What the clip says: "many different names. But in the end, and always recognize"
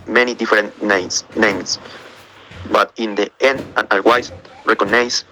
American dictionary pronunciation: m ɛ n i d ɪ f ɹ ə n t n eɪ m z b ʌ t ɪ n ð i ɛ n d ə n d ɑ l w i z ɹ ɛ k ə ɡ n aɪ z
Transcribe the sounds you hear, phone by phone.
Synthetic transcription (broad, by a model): m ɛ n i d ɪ f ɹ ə n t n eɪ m s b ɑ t ɪ n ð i ɛ n d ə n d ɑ w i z ɹ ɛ k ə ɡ n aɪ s